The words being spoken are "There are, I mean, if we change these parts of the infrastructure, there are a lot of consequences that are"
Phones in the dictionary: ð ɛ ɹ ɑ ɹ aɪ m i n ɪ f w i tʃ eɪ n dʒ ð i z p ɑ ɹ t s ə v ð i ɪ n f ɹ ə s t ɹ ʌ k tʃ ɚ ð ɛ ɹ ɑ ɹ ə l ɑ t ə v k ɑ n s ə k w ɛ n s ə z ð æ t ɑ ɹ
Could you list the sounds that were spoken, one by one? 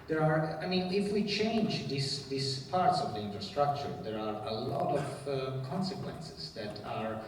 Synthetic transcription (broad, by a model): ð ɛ ɹ ɑ ɹ aɪ m i n ɪ f w i tʃ eɪ n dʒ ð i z p ɑ ɹ t s ə v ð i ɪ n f ɹ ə s t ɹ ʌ k tʃ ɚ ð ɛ ɹ ɑ ɹ ə l ɑ t ə v k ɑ n s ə k w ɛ n s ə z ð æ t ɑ ɹ